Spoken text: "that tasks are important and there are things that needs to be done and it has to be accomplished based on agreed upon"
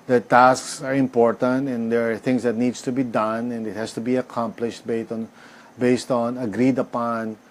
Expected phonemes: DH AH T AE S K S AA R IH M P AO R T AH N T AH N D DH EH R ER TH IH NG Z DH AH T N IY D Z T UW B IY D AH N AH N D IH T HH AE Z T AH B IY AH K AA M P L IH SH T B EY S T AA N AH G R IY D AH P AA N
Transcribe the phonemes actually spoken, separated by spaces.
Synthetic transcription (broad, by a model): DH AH T AE S K S AA R IH M P AO R T AH N T AH N D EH R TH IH NG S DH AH T N IY D S T UW B IY D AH N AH N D IH T HH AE S T AH B IY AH K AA M P L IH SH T B EY S T AA N AH G R IY D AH P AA N